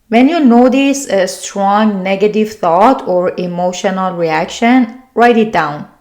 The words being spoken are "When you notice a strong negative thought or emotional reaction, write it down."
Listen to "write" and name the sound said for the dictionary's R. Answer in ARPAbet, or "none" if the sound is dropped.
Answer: R